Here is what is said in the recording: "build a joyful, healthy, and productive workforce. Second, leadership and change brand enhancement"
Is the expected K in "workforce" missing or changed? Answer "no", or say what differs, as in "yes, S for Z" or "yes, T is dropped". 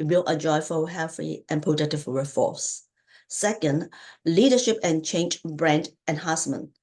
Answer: yes, K is dropped